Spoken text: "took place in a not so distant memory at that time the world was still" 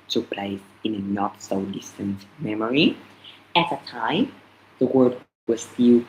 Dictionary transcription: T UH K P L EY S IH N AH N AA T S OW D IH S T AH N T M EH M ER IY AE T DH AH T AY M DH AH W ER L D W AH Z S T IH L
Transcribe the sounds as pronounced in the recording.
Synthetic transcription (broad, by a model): T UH K P L EY S IH N AH N AA T S OW D IH S T AH N T M EH M ER IY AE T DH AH T AY M DH AH W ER D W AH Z S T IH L